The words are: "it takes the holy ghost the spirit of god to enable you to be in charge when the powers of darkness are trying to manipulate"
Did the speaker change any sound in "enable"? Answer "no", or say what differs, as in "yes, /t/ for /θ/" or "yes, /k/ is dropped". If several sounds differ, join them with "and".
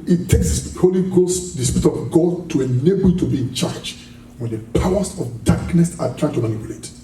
no